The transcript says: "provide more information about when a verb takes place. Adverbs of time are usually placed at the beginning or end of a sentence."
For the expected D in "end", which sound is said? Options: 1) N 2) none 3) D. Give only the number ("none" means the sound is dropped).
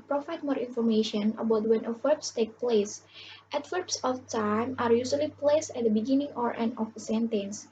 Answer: 2